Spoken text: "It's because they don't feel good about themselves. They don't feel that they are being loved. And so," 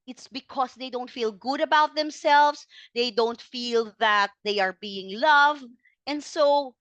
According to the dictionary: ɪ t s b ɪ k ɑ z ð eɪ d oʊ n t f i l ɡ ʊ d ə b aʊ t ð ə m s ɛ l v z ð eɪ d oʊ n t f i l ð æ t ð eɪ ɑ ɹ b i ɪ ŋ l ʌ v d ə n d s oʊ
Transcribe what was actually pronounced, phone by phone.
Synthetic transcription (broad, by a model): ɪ t s b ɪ k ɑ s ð eɪ d oʊ n t f i l ɡ ʊ d ə b aʊ t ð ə m s ɛ l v s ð eɪ d oʊ n t f i l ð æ t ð eɪ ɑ ɹ b i ɪ ŋ l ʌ v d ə n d s oʊ